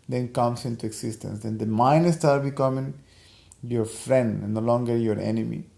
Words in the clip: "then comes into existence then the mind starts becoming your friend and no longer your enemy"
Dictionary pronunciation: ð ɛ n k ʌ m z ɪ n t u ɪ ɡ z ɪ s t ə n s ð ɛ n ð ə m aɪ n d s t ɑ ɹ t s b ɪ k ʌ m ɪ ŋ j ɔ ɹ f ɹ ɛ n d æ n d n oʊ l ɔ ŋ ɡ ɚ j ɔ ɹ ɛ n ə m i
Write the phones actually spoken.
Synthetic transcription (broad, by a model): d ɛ n k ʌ m s ɪ n t u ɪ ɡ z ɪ s t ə n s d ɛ n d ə m aɪ n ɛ s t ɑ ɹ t b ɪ k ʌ m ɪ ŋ j ɔ ɹ f ɹ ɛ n n d n oʊ l ɔ ŋ ɡ ɚ j ɔ ɹ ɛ n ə m i